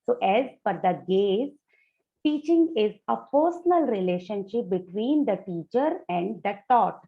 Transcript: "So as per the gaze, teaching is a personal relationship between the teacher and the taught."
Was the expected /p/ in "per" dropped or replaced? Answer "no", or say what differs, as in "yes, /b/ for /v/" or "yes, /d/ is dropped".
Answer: yes, /f/ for /p/